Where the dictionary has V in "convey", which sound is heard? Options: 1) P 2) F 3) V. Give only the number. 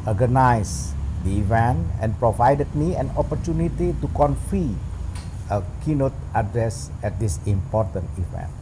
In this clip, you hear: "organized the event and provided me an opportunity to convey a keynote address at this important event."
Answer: 2